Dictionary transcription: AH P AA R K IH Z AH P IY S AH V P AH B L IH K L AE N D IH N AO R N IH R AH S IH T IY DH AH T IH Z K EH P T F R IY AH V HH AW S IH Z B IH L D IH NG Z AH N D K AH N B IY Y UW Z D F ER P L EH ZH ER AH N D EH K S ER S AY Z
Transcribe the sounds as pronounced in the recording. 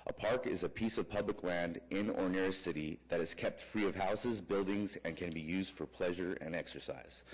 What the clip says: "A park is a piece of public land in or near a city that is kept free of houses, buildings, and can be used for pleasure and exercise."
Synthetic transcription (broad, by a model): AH P AA R K IH Z AH P IY S AH V P AH B L IH K L AE N D IH N AO R N IH R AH S IH T IY DH AH T IH Z K EH P T F R IY AH V HH AW S IH Z B IH L D IH NG Z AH N K AH N B IY Y UW Z D F ER P L EH ZH ER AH N EH K S ER S AY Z